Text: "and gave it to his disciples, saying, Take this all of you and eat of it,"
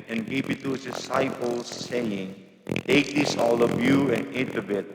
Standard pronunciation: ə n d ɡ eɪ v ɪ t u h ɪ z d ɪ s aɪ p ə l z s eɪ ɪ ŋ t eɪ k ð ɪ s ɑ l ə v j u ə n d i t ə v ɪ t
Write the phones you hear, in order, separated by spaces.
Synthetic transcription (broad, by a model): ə n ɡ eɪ p ɪ t u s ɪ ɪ s aɪ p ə l s eɪ ɪ ŋ t eɪ k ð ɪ s ɑ l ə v j u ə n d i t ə b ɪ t